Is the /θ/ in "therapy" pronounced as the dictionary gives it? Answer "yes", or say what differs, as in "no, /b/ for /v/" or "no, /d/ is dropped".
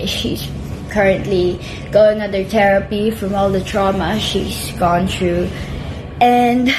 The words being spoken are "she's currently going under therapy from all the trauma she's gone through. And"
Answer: no, /t/ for /θ/